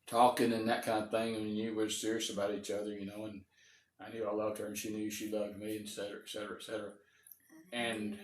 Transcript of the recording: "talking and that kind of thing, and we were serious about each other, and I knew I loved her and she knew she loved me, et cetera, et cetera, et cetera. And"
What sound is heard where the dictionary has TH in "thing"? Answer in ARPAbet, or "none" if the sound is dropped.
TH